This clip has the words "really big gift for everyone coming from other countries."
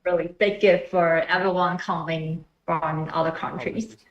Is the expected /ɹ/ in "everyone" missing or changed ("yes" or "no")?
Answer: yes